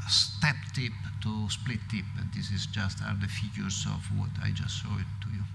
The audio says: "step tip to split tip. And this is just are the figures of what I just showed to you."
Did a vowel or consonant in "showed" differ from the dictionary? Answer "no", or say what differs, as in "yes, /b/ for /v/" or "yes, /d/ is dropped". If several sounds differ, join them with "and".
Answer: yes, /s/ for /ʃ/